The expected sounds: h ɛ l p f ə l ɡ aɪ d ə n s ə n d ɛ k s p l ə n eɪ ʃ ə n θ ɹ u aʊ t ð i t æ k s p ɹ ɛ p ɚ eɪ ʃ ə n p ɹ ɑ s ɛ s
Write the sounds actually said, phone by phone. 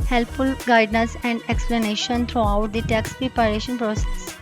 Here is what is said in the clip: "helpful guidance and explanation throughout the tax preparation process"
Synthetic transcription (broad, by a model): h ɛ l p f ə l ɡ aɪ d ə s ə n d ɛ k s p l ə n eɪ ʃ ə n t ɹ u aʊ t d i t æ k s p ɹ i p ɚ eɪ ʃ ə n p ɹ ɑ s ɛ s